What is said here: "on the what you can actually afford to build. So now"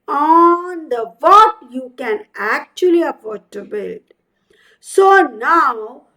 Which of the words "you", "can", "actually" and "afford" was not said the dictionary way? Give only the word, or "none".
afford